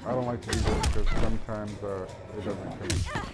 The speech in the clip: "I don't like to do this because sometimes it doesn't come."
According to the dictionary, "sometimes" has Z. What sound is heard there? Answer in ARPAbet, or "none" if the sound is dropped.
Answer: Z